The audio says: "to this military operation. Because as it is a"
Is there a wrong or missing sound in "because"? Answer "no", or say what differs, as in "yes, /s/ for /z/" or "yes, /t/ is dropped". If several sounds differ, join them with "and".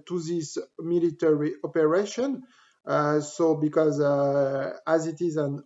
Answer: no